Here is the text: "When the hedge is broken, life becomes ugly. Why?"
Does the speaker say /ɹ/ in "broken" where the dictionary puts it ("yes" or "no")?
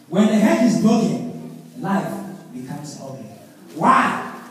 no